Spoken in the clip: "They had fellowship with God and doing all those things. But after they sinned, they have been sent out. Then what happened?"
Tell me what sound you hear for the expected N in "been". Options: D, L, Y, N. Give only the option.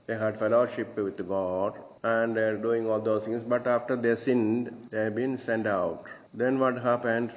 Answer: N